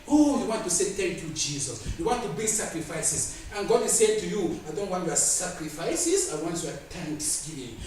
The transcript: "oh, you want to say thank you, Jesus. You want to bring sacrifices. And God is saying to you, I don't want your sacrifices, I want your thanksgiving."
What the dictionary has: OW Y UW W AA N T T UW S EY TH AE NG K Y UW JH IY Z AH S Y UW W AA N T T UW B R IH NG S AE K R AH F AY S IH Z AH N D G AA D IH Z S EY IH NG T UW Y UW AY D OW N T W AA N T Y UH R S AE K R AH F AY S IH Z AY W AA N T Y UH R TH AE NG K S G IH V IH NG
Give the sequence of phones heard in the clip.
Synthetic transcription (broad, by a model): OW Y UW W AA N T T UW S EY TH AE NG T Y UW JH IY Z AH S Y UW W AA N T T UW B IH S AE K R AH F AY S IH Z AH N G AA D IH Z S EY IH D T UW Y UW AY D OW N T W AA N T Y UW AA S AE K R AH F AY S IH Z AY W AA N T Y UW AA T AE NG K S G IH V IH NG